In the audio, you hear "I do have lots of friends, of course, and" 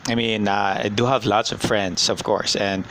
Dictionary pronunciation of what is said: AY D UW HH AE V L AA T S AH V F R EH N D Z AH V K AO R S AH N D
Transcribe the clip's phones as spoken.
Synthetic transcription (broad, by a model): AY D UW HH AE V L AA T S AH V F R EH N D S AH V K AO R S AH N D